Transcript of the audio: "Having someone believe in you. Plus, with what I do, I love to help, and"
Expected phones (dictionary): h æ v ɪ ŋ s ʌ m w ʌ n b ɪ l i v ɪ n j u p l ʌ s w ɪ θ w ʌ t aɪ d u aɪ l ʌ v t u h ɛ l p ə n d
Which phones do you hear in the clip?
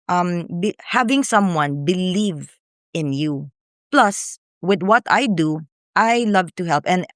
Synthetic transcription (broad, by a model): h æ v ɪ ŋ s ʌ m w ʌ n b ɪ l i v ɪ n j u p l ʌ s w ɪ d w ʌ t aɪ d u aɪ l ʌ v t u h ɛ l p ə n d